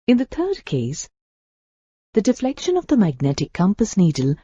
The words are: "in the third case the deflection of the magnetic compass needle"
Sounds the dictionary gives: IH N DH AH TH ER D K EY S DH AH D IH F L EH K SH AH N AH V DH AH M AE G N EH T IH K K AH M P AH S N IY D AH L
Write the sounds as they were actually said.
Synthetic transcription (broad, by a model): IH N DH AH T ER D K EY S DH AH D IH F L EH K SH AH N AH V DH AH M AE G N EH T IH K K AH M P AH S N IY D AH L